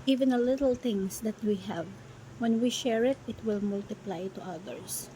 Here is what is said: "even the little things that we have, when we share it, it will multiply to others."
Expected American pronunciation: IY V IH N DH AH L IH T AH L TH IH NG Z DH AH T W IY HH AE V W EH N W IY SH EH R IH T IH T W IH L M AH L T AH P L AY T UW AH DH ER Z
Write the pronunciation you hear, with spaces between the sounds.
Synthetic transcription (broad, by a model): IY V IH N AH L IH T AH L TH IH NG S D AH T W IY HH AE V W EH N W IY SH EH R IH T IH T W IH L M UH L T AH P L AY T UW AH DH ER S